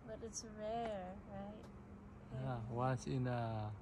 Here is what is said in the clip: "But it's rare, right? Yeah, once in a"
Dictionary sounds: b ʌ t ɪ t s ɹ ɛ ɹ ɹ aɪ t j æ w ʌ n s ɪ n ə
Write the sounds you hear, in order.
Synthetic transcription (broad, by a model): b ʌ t ɪ t s ɹ ɛ ɹ ɹ aɪ t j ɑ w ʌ s ɪ n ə